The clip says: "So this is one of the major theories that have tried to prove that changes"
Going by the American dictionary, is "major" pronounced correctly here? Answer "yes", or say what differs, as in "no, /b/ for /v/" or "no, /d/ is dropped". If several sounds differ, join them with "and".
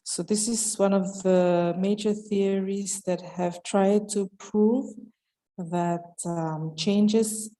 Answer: yes